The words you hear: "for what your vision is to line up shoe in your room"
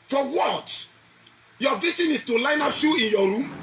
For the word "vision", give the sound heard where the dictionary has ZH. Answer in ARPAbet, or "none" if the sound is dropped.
S